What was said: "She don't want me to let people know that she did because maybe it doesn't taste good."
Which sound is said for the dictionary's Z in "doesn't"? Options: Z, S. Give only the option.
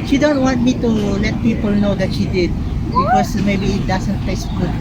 S